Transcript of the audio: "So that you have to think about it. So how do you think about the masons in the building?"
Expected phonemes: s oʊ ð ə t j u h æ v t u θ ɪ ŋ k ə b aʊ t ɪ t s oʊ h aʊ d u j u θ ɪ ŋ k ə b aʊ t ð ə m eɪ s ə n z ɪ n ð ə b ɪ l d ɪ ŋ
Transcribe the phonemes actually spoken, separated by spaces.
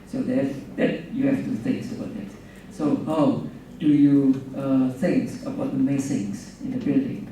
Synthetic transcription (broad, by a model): s oʊ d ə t j u h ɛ f t u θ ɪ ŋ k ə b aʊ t ɪ t s oʊ h aʊ d u j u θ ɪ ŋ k ə b aʊ t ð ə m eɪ s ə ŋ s ɪ n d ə b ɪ l d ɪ ŋ